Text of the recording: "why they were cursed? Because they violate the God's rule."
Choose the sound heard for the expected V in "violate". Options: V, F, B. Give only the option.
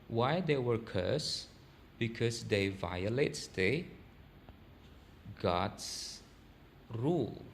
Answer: V